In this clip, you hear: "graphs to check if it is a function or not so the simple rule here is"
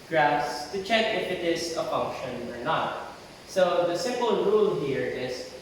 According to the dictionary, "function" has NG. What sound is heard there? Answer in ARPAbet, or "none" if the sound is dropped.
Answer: NG